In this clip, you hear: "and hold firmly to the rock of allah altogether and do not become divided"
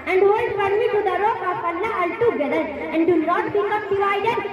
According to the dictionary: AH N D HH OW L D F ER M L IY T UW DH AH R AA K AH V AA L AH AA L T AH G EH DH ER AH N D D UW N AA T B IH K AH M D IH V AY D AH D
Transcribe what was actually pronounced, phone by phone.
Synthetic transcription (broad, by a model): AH N D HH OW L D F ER M IY T UW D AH R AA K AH F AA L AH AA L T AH G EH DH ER AH N D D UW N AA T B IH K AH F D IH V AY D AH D